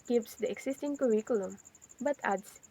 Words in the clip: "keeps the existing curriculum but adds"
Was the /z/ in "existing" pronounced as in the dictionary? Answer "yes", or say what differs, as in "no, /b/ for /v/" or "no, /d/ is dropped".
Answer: no, /s/ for /z/